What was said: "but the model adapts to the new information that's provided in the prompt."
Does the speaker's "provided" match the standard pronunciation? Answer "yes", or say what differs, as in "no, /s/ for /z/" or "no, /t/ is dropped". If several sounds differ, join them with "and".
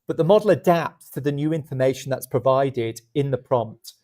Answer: yes